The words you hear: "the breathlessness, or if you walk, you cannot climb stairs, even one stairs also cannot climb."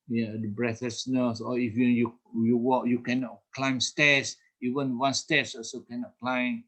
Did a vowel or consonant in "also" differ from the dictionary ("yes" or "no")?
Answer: yes